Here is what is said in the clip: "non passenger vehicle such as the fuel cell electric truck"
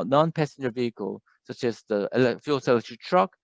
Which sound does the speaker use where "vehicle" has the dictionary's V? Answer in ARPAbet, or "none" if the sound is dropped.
V